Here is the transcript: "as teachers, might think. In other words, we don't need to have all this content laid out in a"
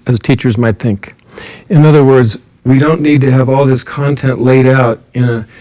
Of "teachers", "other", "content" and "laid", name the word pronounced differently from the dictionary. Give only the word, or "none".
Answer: none